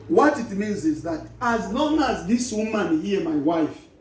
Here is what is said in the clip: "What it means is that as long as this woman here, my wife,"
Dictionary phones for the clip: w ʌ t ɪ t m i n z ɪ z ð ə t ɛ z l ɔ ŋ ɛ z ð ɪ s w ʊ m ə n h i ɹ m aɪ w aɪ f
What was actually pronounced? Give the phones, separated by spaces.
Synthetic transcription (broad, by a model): w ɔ t ɪ t m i n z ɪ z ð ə t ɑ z l ɔ ŋ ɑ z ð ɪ s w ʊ m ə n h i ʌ m aɪ w aɪ f